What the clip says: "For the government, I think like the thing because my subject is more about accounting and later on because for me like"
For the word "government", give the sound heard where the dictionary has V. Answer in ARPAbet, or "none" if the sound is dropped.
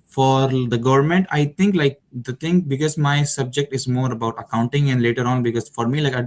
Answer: V